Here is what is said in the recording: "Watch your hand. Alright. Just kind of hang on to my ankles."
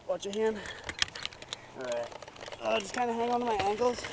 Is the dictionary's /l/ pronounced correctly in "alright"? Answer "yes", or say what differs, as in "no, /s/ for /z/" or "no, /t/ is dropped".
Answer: no, /l/ is dropped